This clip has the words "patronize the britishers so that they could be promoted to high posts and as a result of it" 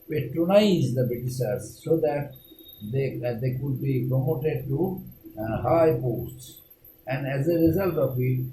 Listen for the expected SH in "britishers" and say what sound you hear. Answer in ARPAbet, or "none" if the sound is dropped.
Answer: S